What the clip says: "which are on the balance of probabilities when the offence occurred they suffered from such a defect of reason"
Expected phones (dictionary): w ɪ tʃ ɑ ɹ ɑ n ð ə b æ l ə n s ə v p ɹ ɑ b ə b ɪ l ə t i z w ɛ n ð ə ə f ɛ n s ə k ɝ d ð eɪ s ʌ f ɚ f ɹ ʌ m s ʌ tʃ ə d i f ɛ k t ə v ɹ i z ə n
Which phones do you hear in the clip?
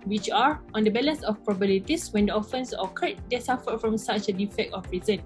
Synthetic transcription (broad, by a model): w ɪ tʃ ɑ ɹ ɑ n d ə b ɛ l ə n s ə f p ɹ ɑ b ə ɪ l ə t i s w ɛ n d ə ə f ɛ n s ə k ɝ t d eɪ s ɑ f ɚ f ɹ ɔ m s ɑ tʃ ə d i f ɛ k t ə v ɹ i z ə n